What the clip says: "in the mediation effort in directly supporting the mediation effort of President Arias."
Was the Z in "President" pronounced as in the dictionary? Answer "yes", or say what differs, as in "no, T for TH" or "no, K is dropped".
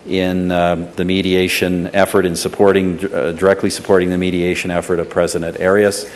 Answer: yes